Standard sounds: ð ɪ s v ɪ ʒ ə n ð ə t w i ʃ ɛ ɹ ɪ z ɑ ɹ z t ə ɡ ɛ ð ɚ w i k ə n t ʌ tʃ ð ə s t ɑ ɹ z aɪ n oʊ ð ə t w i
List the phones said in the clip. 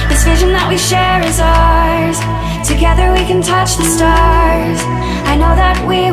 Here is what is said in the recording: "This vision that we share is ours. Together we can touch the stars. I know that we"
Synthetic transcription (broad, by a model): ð ɪ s v ɪ ʒ ə n ð ə t w i ʃ ɛ ɹ ɪ z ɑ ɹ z t ə ɡ ɛ ð ɚ w i k ə n t ʌ tʃ ð ə s t ɑ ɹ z aɪ n oʊ ð ə t w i